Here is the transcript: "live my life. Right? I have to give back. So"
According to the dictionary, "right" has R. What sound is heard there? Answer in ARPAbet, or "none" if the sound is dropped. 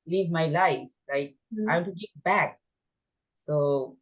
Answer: L